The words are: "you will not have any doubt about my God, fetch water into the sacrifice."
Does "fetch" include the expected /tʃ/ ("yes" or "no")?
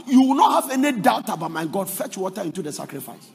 yes